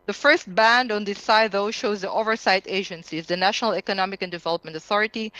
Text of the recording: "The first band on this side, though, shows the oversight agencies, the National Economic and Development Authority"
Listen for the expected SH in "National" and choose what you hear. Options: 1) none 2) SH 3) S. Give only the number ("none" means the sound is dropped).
2